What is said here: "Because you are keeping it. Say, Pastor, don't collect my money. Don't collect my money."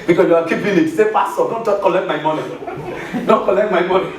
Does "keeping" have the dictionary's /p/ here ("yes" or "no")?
no